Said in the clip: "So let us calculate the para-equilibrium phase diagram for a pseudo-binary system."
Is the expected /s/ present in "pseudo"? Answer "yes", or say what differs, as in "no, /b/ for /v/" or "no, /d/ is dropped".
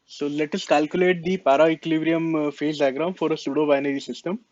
yes